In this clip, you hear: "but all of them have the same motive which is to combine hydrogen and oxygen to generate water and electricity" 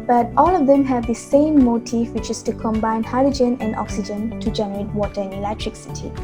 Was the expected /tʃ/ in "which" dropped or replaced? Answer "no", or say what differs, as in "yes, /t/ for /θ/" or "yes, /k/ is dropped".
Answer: no